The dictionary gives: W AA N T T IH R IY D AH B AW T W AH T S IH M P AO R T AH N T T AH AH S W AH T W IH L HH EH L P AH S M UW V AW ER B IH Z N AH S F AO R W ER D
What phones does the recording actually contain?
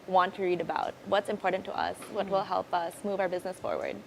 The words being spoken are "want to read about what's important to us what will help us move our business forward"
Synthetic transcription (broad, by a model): W AA N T T IH R IY D AH B AW T W AH T S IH M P AO R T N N T AH AH S W AH T W IH L HH EH L P AH S M UW V AW ER B IH Z N AH S F AO R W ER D